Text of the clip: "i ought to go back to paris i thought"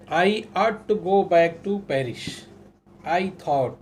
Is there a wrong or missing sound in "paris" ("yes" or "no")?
yes